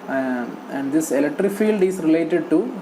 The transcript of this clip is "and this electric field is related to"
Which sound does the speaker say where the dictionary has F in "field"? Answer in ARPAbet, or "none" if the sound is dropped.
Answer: F